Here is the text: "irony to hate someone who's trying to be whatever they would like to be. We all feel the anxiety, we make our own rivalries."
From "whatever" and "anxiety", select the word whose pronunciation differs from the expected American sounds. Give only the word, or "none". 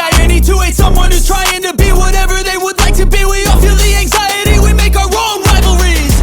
none